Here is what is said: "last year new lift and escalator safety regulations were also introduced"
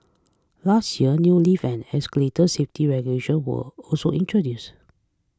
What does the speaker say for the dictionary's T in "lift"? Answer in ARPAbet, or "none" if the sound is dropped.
none